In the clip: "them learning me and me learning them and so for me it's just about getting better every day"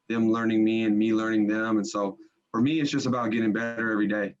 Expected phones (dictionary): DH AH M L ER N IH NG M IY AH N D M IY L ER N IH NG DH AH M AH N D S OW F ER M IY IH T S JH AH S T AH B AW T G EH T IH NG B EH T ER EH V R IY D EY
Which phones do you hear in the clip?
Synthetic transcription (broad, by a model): DH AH M L ER N IH NG M IY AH N M IY L ER N IH NG DH AH M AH N S OW F ER M IY IH T S JH AH S T AH B AW T G EH T IH NG B EH T ER EH V R IY D EY